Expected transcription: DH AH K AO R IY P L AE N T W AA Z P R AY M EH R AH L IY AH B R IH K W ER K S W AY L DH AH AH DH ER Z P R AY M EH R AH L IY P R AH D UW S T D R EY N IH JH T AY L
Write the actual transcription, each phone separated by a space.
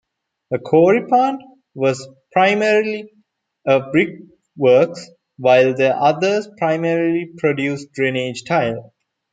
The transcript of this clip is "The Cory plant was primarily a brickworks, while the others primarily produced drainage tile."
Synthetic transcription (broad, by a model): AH K AO R IY P AA N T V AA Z P R AY M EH R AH L IY AH B R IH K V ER K S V AY L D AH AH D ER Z P R AY M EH R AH L IY P R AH D UW S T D R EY N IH JH T AY L